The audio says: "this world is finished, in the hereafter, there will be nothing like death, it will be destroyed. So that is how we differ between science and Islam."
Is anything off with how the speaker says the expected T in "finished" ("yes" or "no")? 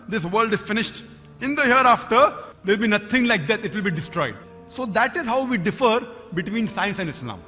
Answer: no